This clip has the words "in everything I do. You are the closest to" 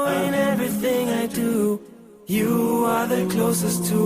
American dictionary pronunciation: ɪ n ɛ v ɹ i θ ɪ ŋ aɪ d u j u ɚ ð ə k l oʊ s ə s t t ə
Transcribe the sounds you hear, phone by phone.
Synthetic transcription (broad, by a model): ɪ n ɛ v ɹ i θ ɪ ŋ aɪ d u j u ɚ ð ə k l oʊ s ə s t t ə